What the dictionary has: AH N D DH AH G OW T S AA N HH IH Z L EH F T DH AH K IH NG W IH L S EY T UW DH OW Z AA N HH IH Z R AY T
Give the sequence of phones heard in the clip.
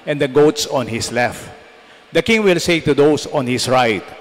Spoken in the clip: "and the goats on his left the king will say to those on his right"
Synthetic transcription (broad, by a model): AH N D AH G OW T S AA N HH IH S L EH F T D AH K IH NG W IH L S EY T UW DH OW S AA N HH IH S R AY T